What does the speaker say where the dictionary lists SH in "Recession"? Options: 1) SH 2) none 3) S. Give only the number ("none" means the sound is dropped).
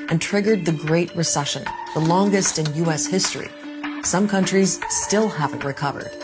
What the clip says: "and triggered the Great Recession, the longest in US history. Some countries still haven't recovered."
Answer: 1